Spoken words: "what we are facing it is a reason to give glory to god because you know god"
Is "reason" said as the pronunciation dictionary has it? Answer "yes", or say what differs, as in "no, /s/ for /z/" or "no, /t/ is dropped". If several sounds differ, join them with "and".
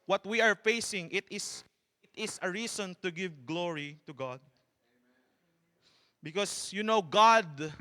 no, /s/ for /z/